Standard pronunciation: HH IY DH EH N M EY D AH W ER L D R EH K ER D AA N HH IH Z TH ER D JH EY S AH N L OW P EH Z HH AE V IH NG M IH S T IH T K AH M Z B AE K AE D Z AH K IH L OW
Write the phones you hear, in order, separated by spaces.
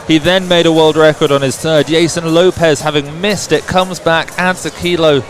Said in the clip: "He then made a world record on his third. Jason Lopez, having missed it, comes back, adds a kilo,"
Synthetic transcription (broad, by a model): HH IY DH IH N M EY D AH W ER L D R EH K ER D N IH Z TH ER D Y EY S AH N L OW P EH Z HH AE V IH NG M IH S T IH T K AH M Z B AE K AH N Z AH K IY L OW